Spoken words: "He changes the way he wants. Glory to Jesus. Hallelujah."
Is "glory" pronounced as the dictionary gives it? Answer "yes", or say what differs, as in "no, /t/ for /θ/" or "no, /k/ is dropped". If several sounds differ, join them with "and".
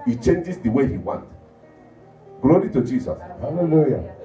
yes